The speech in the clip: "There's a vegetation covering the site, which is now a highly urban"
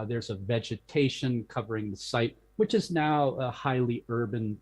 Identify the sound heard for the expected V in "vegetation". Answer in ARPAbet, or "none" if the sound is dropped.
V